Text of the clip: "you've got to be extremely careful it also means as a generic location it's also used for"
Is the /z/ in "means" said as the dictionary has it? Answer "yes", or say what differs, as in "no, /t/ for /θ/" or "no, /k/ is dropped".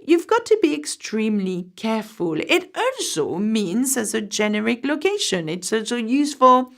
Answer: yes